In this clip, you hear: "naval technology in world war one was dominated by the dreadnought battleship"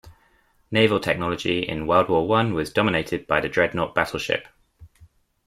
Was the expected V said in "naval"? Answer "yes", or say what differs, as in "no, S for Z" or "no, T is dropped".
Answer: yes